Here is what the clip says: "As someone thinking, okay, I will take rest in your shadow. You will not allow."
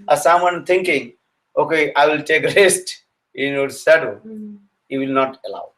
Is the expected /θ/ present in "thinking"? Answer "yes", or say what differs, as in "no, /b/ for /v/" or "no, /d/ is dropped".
no, /t/ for /θ/